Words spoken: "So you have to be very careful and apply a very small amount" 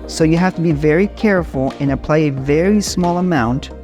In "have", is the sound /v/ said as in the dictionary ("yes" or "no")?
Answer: no